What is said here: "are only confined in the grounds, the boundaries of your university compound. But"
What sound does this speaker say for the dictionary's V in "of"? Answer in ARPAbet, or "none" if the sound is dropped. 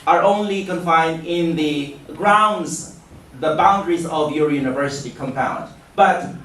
V